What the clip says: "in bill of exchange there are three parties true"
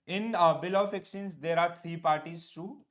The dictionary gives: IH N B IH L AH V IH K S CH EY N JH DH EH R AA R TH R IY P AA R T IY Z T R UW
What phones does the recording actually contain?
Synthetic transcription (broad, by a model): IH N B IH L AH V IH K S IY N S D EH R AA R T R IY P AA R T IY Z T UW